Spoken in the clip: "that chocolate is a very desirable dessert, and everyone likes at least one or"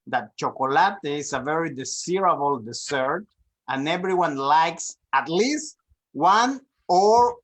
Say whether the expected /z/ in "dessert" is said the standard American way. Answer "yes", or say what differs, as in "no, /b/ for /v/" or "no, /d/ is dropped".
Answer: no, /s/ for /z/